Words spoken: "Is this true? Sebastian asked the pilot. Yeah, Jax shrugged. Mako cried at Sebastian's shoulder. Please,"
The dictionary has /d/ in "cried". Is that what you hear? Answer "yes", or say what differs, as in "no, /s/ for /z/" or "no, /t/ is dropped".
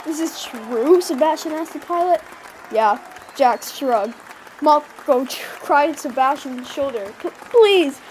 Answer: no, /d/ is dropped